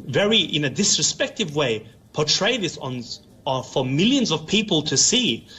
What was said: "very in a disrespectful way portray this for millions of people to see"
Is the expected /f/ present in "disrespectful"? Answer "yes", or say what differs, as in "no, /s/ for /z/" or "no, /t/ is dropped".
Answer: no, /f/ is dropped